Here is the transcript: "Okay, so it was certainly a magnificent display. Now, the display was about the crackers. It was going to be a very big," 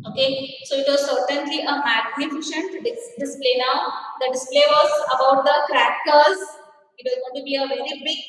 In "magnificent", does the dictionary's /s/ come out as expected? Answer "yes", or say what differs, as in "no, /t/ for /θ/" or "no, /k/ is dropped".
no, /ʃ/ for /s/